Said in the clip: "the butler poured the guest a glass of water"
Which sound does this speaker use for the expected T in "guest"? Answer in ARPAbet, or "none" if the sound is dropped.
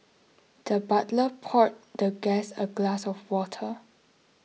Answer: none